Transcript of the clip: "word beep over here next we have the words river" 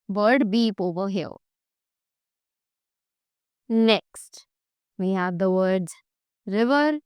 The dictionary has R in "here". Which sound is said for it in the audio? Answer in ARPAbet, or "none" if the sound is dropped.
L